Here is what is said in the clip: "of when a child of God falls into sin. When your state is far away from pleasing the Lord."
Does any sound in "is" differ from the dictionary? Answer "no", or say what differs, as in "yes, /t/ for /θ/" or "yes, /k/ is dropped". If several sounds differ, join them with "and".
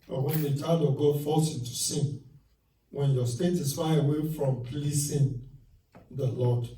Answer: yes, /s/ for /z/